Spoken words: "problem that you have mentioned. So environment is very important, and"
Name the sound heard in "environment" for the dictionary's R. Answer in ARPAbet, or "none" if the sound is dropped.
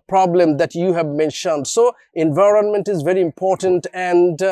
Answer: R